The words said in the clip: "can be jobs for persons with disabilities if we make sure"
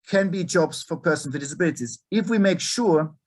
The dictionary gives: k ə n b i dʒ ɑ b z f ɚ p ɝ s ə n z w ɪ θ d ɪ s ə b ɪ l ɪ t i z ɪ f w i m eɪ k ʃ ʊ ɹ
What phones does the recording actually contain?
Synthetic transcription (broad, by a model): k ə n b i dʒ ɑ b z f ɚ p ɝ s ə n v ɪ d ɪ s ə b ɪ l ɪ t i z ɪ f w i m eɪ k ʃ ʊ ɹ